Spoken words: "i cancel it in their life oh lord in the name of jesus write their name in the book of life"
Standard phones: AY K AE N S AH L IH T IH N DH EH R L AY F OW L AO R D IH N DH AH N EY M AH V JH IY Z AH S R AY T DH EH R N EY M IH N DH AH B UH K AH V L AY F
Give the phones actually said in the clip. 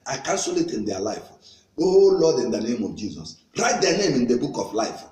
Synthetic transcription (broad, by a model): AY K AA N S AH L IH T IH N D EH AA L AY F OW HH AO L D IH N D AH N EY M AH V JH IY Z AH S R AY T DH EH N EY M IH N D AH B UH K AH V L AY F